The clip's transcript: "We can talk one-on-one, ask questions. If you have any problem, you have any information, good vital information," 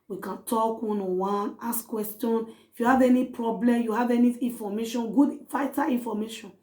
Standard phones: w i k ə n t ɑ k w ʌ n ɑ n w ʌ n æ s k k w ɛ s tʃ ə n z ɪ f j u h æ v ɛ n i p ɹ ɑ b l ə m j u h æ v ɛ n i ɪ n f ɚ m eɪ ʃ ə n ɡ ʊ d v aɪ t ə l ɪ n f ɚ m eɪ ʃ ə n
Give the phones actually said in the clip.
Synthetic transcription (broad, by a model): w i k ə n t ɑ k w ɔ n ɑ w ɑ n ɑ s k k w ɛ s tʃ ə n ɪ f j u h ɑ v ɛ n i p ɹ ɑ b l ə m j u h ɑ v ɛ n i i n f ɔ m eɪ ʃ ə n ɡ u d f aɪ t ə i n f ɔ m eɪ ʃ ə n